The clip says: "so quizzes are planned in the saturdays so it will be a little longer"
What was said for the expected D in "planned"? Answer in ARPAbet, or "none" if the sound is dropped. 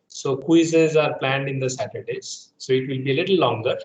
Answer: D